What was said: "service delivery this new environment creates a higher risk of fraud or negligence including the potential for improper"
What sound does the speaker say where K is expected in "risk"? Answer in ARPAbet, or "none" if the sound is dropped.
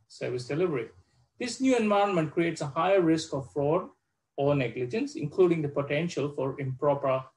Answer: K